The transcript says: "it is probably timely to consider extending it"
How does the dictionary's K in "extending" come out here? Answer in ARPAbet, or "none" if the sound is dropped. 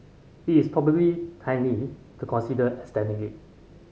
none